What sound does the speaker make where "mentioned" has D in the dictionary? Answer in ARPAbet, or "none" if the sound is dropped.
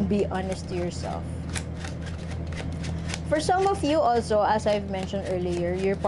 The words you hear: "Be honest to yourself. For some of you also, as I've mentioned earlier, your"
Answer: D